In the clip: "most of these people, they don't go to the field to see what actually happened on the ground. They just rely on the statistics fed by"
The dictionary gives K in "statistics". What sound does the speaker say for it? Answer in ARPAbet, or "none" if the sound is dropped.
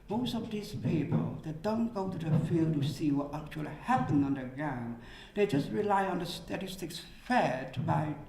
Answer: K